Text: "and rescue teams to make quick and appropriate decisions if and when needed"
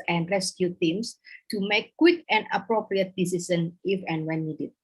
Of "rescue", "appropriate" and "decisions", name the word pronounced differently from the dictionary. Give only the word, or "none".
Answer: decisions